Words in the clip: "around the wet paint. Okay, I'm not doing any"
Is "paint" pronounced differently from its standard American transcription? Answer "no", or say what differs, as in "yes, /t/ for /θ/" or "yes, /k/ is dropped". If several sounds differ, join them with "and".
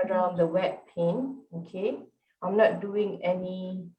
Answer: yes, /t/ is dropped